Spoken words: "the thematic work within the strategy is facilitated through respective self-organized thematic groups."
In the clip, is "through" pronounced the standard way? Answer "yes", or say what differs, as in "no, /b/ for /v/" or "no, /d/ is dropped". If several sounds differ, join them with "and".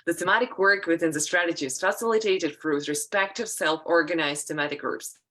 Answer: no, /f/ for /θ/